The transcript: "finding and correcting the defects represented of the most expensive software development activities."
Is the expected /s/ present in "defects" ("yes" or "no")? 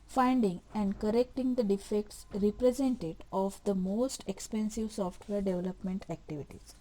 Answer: yes